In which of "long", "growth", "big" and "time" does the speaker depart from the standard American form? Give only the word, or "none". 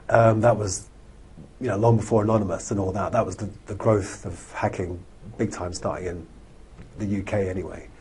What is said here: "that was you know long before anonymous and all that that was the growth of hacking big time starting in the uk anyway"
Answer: none